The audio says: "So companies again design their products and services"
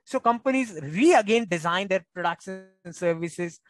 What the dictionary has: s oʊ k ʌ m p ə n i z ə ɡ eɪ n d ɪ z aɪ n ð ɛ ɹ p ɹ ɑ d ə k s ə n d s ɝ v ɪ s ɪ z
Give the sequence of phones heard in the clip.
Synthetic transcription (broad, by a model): s oʊ k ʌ m p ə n i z ə ɡ eɪ n d ɪ z aɪ n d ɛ ɹ p ɹ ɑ d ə k ʃ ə n s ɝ v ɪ s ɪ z